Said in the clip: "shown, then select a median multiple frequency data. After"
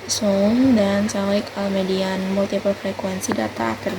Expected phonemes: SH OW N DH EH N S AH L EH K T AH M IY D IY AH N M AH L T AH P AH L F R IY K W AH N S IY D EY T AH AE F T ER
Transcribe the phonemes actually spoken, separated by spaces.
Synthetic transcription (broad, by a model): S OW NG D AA N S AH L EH K AH M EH D IY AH N M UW L T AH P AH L F R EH K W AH N S IY D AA T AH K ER